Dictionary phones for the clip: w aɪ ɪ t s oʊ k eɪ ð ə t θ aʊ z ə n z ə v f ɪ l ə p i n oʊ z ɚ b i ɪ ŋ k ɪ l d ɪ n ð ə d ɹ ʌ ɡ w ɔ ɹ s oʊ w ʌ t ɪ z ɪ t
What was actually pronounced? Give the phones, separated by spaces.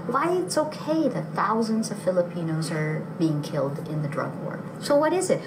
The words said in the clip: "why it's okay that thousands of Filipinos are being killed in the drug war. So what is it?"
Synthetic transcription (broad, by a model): w aɪ ɪ t s oʊ k eɪ ð ə t θ aʊ z ə n z ə v f ɪ l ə p i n oʊ z ɚ b i ɪ ŋ k ɪ l d ɪ n ð ə d ɹ ʌ ɡ w ɔ ɹ s oʊ w ʌ t ɪ z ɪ t